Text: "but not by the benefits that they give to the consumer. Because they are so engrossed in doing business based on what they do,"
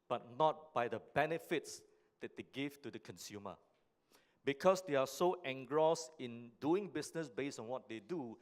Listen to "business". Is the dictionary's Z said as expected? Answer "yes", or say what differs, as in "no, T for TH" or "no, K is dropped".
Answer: no, S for Z